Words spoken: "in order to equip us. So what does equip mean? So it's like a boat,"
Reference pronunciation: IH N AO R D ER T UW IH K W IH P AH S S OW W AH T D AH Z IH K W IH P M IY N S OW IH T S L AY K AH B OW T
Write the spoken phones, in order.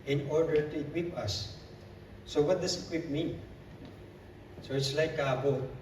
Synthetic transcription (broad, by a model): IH N AO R D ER T UW IH K W IH P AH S S OW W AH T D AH S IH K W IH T M IY N S OW IH T S L AY K AH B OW